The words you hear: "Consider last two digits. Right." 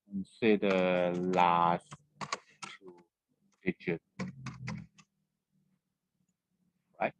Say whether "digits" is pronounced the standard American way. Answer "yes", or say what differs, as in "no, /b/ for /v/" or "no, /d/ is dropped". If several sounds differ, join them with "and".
no, /s/ is dropped